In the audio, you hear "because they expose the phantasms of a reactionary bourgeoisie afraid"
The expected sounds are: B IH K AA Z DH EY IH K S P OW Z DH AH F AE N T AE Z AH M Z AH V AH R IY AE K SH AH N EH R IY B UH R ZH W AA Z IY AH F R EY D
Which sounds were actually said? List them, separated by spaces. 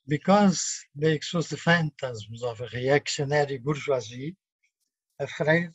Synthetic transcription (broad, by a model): B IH K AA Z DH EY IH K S OW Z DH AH F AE N T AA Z M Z AH V AH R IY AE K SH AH N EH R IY B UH R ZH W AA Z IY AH F R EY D